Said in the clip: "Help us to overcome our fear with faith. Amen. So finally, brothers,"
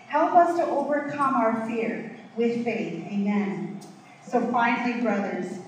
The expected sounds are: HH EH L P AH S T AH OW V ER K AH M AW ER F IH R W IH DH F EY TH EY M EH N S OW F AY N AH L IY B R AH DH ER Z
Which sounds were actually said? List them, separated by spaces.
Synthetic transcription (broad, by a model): HH EH L P AH S T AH OW V ER K AH M AW ER F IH R W IH DH F EY TH EY M EH N S OW F AY N L IY B R AH DH ER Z